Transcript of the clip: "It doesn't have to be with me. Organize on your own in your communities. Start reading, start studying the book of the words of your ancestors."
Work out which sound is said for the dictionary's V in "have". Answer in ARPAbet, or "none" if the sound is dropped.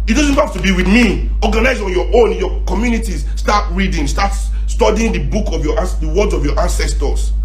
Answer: F